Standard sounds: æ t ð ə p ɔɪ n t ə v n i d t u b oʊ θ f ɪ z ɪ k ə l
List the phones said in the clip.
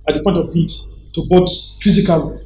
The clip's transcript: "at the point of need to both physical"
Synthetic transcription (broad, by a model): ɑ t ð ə p ɔɪ n t ə v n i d t u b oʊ t f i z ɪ k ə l